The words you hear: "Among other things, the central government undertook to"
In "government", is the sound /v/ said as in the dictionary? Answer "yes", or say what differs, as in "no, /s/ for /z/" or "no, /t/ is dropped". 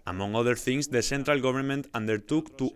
no, /b/ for /v/